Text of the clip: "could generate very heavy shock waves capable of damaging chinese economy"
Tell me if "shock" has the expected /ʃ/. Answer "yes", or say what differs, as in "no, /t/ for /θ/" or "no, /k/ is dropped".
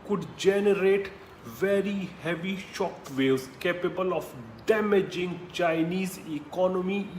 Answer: yes